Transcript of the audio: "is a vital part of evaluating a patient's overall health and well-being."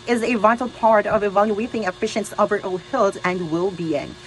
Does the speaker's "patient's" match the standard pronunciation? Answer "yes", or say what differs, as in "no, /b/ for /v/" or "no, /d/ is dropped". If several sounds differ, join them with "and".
no, /f/ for /p/